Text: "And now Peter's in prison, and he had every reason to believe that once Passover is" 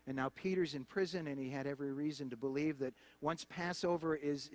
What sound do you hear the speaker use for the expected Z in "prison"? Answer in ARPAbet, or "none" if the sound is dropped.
Z